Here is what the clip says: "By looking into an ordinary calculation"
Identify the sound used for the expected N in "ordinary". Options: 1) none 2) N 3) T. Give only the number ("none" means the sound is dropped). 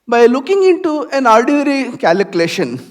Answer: 1